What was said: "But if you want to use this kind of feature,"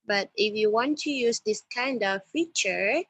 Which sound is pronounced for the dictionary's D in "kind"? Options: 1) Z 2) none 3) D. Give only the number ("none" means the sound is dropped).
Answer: 3